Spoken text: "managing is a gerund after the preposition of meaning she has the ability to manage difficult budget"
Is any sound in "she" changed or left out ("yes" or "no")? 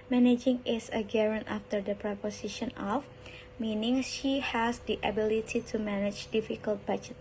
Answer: no